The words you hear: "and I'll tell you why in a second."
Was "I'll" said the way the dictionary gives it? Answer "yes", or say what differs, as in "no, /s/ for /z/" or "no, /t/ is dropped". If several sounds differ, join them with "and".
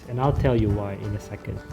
yes